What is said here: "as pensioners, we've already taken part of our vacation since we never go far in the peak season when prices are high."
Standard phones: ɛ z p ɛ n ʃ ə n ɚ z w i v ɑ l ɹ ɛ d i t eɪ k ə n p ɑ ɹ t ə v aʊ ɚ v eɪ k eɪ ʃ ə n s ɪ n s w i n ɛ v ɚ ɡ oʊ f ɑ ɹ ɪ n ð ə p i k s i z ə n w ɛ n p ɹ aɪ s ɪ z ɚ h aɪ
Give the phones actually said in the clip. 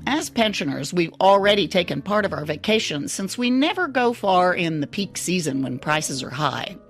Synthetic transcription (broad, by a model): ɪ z p ɛ n ʃ ə n ɚ z w i v l ɹ ɛ d i t eɪ k ə n p ɑ ɹ t ə v aʊ ɚ v eɪ k eɪ ʃ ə n s ɪ n s w i n ɛ v ɚ ɡ oʊ f ɑ ɹ ɪ n ð ə p i k s i z ə n w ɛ n p ɹ aɪ s ɪ z ɚ h aɪ